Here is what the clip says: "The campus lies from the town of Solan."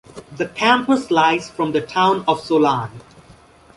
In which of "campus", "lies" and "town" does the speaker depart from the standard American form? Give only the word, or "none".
none